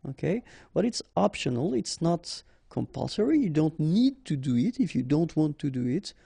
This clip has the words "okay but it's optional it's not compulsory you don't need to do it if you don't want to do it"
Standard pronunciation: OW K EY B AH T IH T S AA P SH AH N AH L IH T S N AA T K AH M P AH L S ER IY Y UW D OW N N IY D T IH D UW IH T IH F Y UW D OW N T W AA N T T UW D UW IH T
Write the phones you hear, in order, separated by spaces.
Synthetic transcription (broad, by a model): OW K EY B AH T IH T S AA P SH AH N AH L IH T S N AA T K AH M P AH L S ER IY Y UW D OW N N IY D T IH D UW IH T IH F Y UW D OW N T W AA N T T UW D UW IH T